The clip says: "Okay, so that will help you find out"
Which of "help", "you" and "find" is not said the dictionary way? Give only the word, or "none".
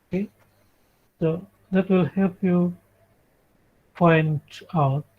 find